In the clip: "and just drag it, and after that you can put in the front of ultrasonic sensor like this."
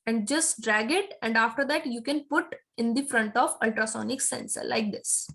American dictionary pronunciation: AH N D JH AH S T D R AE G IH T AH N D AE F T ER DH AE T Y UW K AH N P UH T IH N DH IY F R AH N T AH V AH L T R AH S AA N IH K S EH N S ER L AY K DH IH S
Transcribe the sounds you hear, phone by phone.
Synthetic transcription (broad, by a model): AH N D JH AH S T D R AE G IH T AH N D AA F T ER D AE T Y UW K AH N P UH T IH N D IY F R AH N T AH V AH L T R AH S AA N IH K S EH N S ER L AY K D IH S